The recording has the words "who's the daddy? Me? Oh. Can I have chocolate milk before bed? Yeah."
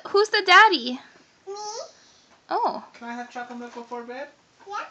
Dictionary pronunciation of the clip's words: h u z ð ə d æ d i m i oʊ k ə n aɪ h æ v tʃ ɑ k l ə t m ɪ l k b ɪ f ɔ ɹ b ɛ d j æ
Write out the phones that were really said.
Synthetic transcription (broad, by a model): h u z ð ə d æ d i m oʊ k ə n aɪ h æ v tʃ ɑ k ə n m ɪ k b ɪ f ɔ ɹ b ɛ d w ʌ